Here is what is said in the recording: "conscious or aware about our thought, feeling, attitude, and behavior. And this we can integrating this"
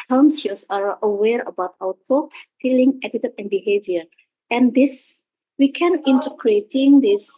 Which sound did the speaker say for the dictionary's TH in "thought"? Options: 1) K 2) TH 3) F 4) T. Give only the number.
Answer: 4